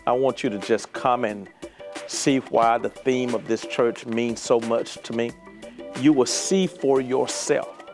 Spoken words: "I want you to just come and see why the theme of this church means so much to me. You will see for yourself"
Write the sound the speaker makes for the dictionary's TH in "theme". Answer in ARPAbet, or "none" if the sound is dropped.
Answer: TH